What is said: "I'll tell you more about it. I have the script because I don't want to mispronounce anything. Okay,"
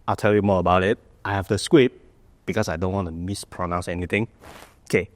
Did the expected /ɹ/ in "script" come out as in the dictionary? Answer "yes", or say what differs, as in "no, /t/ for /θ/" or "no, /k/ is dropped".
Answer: no, /w/ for /ɹ/